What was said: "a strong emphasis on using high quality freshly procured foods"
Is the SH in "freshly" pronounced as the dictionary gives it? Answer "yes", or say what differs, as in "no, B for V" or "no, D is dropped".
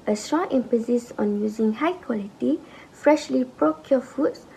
yes